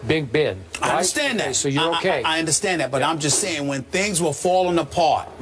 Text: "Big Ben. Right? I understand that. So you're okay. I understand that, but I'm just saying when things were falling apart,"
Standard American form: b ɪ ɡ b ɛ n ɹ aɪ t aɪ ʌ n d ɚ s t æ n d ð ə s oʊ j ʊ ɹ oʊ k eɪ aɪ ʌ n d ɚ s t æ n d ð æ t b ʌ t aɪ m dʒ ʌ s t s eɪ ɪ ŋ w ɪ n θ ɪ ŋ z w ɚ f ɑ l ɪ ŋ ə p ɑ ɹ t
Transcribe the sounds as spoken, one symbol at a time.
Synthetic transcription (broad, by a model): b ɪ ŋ b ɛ n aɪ aɪ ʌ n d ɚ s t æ n ð ə s oʊ j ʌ ɹ oʊ k eɪ aɪ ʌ n d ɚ s t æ n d ð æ t b ʌ t aɪ m dʒ ʌ s t s eɪ ɪ ŋ w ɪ n θ ɪ ŋ z w ɚ f ɑ l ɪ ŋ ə p ɑ ɹ t